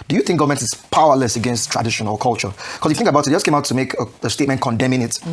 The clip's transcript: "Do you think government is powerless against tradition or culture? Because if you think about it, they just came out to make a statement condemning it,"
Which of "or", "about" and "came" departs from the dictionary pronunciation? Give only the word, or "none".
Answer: or